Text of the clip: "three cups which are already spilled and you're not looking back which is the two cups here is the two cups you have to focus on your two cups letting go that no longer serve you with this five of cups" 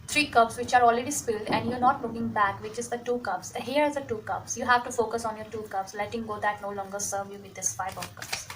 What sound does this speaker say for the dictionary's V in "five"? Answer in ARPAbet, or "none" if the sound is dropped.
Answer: B